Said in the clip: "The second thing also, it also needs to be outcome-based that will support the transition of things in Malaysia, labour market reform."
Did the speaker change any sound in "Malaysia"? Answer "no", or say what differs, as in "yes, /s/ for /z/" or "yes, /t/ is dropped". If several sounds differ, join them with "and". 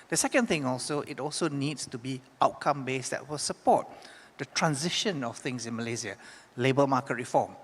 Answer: yes, /z/ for /ʒ/